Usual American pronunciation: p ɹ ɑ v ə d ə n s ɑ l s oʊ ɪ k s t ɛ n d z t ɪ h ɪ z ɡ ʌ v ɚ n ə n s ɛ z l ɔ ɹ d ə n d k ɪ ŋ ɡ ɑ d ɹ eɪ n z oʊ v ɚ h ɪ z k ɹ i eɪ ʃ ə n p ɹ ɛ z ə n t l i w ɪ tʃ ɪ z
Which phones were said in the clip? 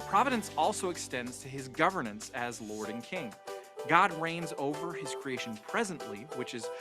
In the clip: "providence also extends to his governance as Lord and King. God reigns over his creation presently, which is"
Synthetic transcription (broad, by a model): p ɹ ɑ v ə d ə n s ɑ l s oʊ ɪ k s t ɛ n d z t ɪ ɪ z ɡ ʌ v ɚ n ə n s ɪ z l ɔ ɹ d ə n k ɪ ŋ ɡ ɑ d ɹ eɪ n z oʊ v ɚ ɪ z k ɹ i eɪ ʃ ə n p ɹ ɛ z ə n t l i w ɪ tʃ ɪ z